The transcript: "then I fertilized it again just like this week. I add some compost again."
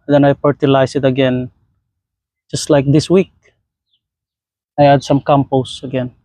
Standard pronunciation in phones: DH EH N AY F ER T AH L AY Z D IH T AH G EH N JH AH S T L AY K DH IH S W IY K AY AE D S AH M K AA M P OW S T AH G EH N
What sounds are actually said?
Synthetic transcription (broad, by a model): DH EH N AY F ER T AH L AY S IH T AH G EH N JH AH S T L AY K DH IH S W IY K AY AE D S AH M K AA M P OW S AH G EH N